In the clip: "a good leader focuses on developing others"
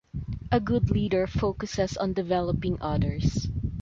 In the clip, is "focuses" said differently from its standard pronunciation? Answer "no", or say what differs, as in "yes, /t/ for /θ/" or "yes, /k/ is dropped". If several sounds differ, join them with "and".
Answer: yes, /s/ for /z/